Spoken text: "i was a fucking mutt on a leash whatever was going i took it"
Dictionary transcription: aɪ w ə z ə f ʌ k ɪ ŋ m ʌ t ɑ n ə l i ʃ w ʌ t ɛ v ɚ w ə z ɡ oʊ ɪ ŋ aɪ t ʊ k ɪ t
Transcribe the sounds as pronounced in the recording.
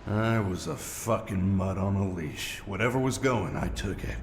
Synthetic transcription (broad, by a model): aɪ w ə z ə f ʌ k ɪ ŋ m ʌ t n ə l i ʃ w ʌ t ɛ v ɚ w ə z ɡ oʊ ɪ ŋ aɪ t ʊ k ɪ t